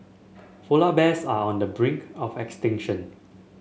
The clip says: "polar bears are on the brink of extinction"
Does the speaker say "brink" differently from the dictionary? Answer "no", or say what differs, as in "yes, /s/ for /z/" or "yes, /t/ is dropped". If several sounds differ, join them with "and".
no